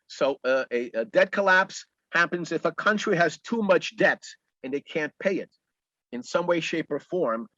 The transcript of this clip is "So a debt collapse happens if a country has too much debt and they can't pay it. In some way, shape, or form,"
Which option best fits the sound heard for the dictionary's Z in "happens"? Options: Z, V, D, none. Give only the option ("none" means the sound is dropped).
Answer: Z